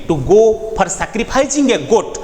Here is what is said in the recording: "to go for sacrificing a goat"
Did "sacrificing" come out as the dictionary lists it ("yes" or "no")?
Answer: no